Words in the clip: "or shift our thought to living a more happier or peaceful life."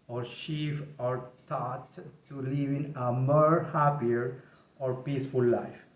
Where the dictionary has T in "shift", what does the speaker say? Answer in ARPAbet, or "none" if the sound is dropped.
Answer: none